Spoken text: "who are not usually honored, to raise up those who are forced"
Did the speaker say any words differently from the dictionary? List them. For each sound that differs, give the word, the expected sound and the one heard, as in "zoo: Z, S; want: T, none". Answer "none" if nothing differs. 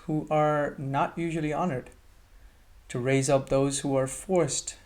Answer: none